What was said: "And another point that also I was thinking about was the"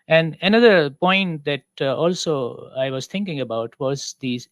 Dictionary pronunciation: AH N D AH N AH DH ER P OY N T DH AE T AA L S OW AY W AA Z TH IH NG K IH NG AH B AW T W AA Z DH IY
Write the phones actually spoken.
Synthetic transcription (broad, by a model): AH N D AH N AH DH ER P OY N T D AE T AA L S OW AY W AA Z T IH NG K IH NG AH B AW T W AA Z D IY